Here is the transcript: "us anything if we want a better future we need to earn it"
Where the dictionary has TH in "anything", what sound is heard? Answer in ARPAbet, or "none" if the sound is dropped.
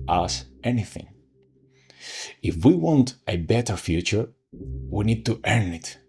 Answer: TH